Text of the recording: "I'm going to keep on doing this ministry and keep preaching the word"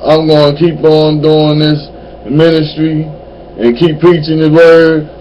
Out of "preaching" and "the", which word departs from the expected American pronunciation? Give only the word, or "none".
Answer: none